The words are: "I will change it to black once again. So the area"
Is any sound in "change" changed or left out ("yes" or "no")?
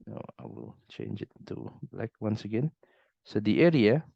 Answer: no